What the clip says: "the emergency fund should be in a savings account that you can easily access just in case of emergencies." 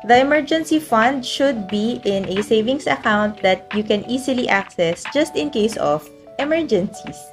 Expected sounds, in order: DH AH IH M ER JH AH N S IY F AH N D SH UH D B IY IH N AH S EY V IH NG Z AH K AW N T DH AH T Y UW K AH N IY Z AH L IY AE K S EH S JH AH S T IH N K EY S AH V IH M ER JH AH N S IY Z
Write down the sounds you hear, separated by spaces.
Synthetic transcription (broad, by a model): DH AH IH M ER JH AH N S IY F AH N D SH UH D B IY IH N AH S EY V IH NG S AH K AW N T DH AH T Y UW K AH N IY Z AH L IY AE K S EH S JH AH S T IH N K EY S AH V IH M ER JH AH N S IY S